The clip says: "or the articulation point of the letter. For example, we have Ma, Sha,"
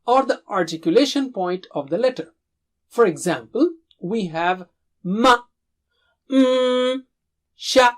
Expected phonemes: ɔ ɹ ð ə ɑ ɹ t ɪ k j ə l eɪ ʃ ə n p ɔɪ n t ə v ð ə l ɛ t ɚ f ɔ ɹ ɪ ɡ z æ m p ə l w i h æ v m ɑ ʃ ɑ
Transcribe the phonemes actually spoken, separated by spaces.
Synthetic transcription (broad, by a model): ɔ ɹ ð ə ɑ ɹ t ɪ k j ə l eɪ ʃ ə n p ɔɪ n t ə v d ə l ɛ t ɚ f ɔ ɹ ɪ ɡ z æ m p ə l w i h æ v m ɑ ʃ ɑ